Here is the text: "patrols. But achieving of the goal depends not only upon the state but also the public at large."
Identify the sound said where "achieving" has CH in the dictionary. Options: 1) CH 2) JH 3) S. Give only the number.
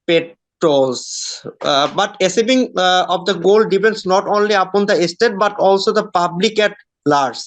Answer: 3